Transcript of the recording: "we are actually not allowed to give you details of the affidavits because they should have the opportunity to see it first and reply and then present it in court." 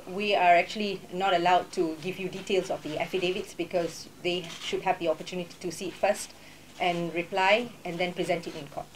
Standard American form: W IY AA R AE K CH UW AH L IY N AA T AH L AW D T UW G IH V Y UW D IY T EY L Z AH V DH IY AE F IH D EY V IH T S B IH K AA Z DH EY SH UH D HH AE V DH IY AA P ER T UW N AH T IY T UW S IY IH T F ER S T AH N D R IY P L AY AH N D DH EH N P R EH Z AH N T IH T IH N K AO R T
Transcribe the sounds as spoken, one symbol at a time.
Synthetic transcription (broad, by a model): W IY AA R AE K CH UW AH L IY N AA T AH L AW D T UW G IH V Y UW D IY T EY L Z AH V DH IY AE F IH D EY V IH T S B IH K AA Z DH EY SH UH D HH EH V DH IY AA P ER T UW N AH T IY T UW S IY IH T F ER S T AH N R IY P L AY AH N D EH N P R EH Z AH N T IH T IH N K AO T